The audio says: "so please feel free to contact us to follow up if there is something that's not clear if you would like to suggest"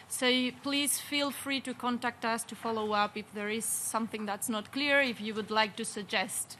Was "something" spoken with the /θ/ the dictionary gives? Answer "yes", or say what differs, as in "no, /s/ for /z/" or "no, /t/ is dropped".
yes